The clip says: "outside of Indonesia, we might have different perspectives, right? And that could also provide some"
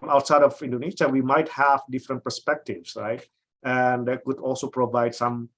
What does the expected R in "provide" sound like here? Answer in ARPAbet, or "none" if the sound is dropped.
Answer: R